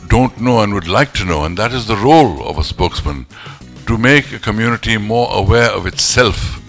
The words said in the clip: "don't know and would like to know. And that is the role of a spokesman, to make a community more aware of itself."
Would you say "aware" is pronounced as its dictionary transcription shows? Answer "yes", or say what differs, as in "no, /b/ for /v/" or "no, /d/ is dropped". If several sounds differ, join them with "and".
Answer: yes